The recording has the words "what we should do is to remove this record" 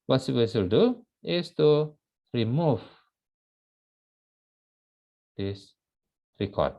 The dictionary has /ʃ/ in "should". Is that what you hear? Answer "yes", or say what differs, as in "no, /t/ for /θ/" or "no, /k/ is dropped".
no, /s/ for /ʃ/